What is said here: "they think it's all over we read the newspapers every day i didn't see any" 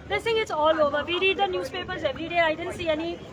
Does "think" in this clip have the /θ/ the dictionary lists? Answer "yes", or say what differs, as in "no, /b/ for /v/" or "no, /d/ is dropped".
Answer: no, /s/ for /θ/